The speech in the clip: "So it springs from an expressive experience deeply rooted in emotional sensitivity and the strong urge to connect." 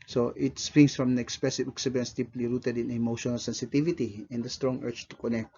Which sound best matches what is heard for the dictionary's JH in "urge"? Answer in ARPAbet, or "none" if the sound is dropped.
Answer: CH